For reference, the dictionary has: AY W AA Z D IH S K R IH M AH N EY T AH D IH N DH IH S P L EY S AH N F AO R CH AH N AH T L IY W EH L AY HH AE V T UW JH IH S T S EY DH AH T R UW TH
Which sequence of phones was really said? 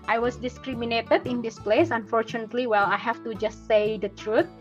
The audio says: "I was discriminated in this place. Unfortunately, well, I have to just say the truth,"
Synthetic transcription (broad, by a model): AY W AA S D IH S K R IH M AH N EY T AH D IH N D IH S P L EY S AH N F AO R CH AH N AH T L IY W EH L AY HH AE F T UW JH IH S T S EY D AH T R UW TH